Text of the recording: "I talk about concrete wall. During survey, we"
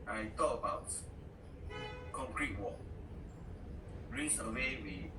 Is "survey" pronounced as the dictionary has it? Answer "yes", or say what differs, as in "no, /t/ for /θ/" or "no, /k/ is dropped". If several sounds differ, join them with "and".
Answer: no, /w/ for /v/